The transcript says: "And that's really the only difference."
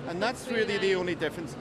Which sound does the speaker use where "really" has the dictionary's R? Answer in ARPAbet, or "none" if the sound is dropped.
W